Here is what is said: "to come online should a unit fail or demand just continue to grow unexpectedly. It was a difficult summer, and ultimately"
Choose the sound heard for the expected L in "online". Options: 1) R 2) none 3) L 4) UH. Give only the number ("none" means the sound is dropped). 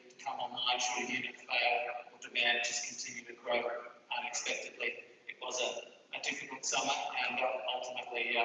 2